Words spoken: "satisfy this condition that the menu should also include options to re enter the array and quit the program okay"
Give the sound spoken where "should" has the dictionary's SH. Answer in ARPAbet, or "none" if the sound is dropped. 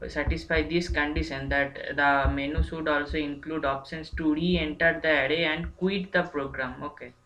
S